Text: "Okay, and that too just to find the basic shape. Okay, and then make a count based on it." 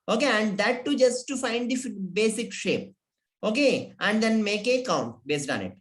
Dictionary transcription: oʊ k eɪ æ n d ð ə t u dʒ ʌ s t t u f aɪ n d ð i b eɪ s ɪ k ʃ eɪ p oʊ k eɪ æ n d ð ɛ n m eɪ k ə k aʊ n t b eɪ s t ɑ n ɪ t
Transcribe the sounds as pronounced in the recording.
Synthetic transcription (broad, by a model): oʊ k eɪ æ n d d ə t u dʒ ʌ s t t u f aɪ n d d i b eɪ s ɪ k ʃ eɪ p oʊ k eɪ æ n d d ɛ n m eɪ k ə k aʊ n t b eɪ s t ɑ n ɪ t